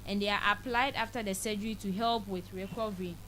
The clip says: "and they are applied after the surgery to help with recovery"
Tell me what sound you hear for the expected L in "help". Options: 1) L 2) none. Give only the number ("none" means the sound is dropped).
1